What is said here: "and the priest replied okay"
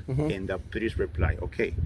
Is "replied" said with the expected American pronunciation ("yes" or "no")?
no